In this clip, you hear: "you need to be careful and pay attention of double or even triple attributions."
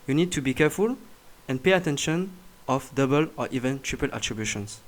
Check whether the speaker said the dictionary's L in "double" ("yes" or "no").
yes